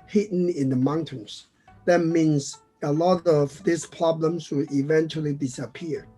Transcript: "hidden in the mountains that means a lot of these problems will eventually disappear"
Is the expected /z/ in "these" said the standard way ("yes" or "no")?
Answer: no